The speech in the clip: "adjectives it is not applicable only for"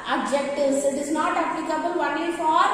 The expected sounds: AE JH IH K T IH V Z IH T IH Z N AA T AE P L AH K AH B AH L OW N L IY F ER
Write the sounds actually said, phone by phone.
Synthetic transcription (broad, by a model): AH JH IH K T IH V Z IH T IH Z N AA T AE P L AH K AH B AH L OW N IY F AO